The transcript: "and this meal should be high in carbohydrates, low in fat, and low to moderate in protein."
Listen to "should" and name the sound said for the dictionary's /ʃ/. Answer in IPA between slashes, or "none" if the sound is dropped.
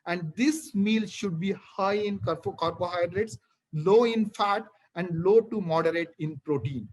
/ʃ/